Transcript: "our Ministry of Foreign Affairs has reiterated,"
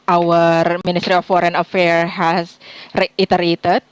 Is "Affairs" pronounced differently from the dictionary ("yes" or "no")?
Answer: yes